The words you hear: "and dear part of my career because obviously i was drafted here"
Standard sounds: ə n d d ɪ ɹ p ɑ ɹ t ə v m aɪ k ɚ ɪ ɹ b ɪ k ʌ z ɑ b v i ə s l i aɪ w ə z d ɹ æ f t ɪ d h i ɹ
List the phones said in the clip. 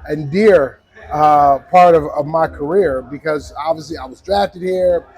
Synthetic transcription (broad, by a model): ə n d d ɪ ɹ p ɑ ɹ t ə v m aɪ k ɚ ɪ ɹ b ɪ k ʌ z ɑ b v i ə s l i aɪ w ə z d ɹ æ f t ɪ d h i ɹ